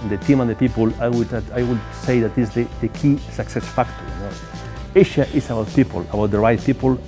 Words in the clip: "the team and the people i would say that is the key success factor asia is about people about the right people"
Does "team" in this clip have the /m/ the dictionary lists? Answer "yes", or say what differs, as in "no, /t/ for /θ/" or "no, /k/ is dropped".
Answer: yes